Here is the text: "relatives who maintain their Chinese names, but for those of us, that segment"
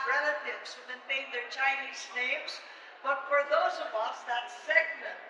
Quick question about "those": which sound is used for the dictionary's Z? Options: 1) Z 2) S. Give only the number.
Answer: 1